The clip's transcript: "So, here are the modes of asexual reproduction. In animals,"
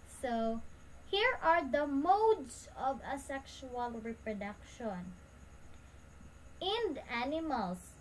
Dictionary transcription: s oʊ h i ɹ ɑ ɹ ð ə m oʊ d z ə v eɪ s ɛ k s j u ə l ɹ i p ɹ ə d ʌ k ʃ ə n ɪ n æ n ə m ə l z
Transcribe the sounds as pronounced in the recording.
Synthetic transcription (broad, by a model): s oʊ h i ɹ ɑ ɹ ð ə m oʊ d s ə v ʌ s ɛ k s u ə l ɹ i p ɹ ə d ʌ k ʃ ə n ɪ n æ n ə m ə l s